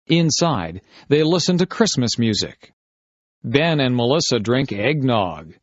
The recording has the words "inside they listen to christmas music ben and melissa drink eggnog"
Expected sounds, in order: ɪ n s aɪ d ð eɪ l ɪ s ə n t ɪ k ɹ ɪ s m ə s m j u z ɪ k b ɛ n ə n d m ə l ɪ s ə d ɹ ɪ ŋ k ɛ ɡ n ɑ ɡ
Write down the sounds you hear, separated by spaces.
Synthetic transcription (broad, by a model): ɪ n s aɪ d ð eɪ l ɪ s ə n t ɪ k ɹ ɪ s m ə s m j u z ɪ k b ɛ n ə n m ə l ɪ s ə d ɹ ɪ ŋ k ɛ ɡ n ɑ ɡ